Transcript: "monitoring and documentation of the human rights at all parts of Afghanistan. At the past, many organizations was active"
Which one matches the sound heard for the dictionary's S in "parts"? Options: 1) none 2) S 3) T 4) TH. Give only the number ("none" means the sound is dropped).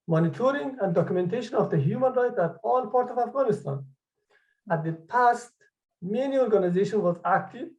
1